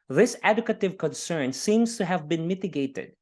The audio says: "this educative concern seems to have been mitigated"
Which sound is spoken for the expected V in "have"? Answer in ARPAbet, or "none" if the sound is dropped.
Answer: V